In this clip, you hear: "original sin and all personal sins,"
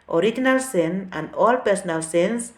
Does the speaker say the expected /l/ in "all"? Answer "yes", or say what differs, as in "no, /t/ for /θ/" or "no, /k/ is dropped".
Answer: yes